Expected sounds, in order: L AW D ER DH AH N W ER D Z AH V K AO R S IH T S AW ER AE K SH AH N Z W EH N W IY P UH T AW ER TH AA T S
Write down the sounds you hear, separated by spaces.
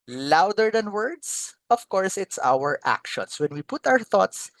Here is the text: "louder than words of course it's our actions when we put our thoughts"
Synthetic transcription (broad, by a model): L AW D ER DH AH N W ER D S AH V K AO R S IH T S AW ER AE K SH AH N S W EH N W IY P UH T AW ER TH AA T S